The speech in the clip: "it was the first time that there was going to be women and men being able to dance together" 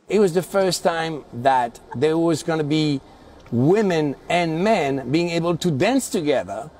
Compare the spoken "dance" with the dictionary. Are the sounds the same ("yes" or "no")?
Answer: yes